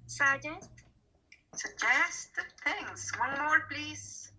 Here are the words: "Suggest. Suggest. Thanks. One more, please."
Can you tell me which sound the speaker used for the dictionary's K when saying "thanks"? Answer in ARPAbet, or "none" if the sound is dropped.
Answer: none